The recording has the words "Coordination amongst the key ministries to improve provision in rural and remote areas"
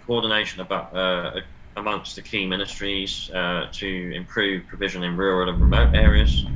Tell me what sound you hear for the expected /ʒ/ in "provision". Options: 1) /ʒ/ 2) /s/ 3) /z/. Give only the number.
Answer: 1